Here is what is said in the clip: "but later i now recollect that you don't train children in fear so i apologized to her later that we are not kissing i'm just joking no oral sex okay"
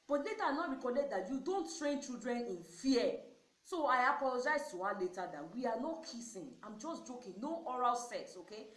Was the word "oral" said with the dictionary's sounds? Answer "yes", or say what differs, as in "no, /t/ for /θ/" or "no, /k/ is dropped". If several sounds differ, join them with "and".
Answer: yes